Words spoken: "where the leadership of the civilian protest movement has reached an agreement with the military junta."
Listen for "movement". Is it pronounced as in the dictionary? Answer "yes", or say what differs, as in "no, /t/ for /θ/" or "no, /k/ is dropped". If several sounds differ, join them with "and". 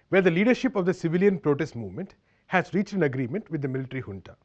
yes